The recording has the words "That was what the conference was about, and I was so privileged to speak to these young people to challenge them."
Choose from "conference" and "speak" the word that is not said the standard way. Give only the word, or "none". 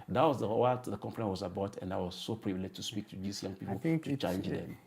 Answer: conference